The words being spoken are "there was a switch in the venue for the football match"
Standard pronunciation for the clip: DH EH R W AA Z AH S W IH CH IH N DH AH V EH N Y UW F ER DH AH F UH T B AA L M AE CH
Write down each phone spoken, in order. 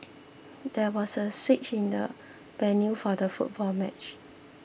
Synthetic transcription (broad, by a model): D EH W AA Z AH S W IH CH IH N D AH B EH N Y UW F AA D AH F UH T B AA L M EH CH